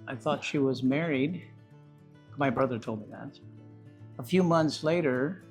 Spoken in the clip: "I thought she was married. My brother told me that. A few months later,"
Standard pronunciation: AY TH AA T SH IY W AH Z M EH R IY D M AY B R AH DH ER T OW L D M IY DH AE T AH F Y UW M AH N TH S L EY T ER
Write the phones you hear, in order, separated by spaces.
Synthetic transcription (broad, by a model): AY TH AA T SH IY W AH Z M EH R IY D M AY B R AH DH ER T OW L D M IY DH AE T AH F Y UW M AH N TH S L EY T ER